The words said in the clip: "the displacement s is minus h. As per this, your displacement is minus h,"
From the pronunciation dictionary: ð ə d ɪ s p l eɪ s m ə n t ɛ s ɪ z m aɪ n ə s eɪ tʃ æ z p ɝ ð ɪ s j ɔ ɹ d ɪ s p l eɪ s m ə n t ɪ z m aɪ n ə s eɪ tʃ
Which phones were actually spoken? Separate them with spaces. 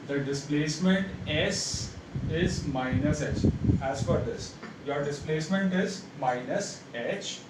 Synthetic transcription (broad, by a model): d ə d ɪ s p l eɪ s m ə n t ɛ s ɪ z m aɪ n ə s eɪ tʃ æ z f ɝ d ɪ s j ɔ ɹ d ɪ s p l eɪ s m ə n t ɪ z m aɪ n ə s eɪ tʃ